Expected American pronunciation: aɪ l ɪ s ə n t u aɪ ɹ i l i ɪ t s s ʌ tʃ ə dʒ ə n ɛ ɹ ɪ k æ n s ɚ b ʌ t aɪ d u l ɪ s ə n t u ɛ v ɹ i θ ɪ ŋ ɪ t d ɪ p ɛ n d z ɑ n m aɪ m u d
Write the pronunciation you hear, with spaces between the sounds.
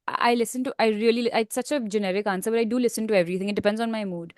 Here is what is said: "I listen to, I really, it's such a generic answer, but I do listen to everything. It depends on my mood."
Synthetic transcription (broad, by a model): aɪ l ɪ s ə n t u aɪ ɹ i l i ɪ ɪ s s ʌ tʃ ə dʒ ə n ɛ ɹ ɪ k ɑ n s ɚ b ʌ t aɪ d u l ɪ s ə n t u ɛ v ɹ i t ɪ ŋ ɪ t d ɪ p ɛ n d z ɑ n m aɪ m u d